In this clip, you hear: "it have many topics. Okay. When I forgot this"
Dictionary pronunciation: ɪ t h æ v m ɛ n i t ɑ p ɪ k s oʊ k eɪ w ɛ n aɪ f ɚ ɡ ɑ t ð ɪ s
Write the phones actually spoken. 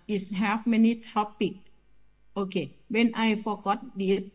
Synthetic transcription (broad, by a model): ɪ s h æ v m ɛ n i t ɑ p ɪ k oʊ k eɪ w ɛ n aɪ f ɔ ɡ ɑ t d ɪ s